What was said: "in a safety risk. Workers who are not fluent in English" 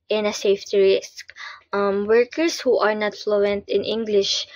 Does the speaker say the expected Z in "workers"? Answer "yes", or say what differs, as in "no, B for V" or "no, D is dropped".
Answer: no, S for Z